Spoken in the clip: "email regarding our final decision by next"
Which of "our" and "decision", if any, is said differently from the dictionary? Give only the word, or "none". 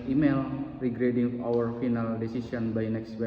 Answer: decision